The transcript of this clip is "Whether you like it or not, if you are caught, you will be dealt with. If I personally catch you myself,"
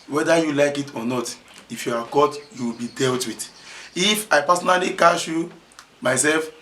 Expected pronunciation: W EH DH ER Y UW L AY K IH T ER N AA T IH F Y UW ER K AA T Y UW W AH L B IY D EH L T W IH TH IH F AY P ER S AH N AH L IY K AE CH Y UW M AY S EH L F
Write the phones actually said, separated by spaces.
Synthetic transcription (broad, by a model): W EH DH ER Y UW L AY K IH T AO N AA T IH F Y UW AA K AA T Y UW W AH L B IY D EH L T W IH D IH F AY P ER S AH N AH L IY K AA SH Y UW M AY S EH L F